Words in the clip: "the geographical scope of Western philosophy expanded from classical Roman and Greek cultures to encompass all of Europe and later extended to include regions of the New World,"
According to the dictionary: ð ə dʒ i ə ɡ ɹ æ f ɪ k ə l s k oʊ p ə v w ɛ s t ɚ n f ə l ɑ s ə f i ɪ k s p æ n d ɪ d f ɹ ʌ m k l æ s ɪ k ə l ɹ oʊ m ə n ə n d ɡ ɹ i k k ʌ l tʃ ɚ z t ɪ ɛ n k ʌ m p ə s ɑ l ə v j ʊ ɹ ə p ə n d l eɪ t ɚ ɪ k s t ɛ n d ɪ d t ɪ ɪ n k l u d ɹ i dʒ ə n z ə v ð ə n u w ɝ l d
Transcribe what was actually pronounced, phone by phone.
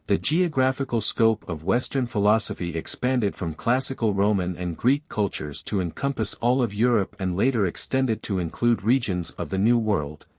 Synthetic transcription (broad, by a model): ð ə dʒ i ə ɡ ɹ æ f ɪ k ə l s k oʊ p ə v w ɛ s t ɚ n f ə l ɑ s ə f i ɪ k s p æ n d ɪ d f ɹ ʌ m k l æ s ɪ k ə l ɹ oʊ m ə n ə n ɡ ɹ i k k ʌ l tʃ ɚ z t ɪ ɛ n k ʌ m p ə s ɑ l ə v j ʊ ɹ ə p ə n l eɪ t ɚ ɪ k s t ɛ n d ɪ d t ɪ ɪ n k l u d ɹ i dʒ ə n z ə v ð ə n u w ɝ l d